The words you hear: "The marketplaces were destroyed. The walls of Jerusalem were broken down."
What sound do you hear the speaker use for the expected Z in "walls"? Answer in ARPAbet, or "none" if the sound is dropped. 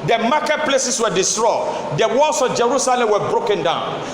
S